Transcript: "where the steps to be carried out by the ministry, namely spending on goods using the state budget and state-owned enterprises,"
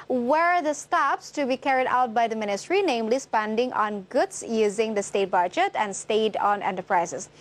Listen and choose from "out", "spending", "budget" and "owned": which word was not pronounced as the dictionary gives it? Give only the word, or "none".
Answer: owned